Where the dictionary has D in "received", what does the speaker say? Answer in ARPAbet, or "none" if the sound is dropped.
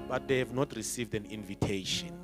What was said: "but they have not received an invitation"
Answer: D